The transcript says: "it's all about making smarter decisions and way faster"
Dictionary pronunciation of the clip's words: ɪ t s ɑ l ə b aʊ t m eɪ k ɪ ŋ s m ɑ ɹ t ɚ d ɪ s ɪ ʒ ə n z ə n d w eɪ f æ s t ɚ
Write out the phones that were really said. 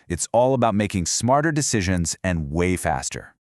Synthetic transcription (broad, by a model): ɪ t s ɑ l ə b aʊ t m eɪ k ɪ ŋ s m ɑ ɹ t ɚ d ɪ s ɪ ʒ ə n z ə n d w eɪ f æ s t ɚ